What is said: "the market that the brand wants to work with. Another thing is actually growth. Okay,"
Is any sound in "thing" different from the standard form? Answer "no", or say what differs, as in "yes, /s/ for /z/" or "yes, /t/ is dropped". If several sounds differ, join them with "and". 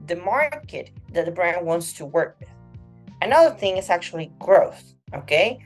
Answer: no